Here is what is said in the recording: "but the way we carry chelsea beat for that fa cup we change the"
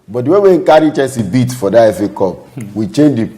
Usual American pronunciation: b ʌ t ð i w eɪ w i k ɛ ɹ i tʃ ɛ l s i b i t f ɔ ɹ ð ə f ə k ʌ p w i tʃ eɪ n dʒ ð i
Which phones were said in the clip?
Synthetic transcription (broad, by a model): b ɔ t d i w eɪ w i k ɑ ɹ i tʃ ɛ n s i b i t f ɔ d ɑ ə f ə k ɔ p w i tʃ eɪ n dʒ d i